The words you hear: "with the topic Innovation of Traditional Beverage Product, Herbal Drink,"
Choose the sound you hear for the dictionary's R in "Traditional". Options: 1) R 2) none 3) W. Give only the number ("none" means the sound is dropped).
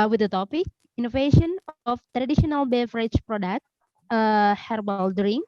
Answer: 1